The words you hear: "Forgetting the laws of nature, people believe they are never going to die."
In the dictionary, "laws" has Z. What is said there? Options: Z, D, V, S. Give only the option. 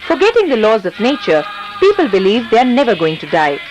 Z